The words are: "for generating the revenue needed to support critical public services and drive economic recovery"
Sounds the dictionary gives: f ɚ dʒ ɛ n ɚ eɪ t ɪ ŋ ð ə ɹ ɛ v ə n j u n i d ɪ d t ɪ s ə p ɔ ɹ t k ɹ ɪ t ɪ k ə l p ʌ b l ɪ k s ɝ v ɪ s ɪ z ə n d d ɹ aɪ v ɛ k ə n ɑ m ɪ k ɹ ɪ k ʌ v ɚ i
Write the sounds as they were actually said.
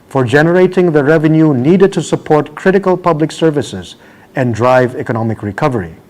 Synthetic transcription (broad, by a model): f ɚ dʒ ɛ n ɚ eɪ t ɪ ŋ ð ə ɹ ɛ v ə n j u n i d ɪ d t ɪ s ə p ɔ ɹ t k ɹ ɪ t ɪ k ə l p ʌ b l ɪ k s ɝ v ɪ s ɪ z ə n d d ɹ aɪ v ɛ k ə n ɑ m ɪ k ɹ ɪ k ʌ v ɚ i